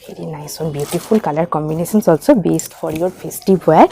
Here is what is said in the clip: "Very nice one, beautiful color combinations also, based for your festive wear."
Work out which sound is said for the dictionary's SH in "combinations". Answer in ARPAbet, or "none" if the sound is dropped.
S